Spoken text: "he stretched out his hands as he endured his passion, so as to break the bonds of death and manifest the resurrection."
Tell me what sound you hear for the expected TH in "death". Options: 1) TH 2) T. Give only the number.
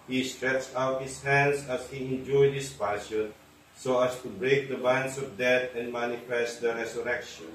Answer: 2